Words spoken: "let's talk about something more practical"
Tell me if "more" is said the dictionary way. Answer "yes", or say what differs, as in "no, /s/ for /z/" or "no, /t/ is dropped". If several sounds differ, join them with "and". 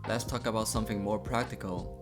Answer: yes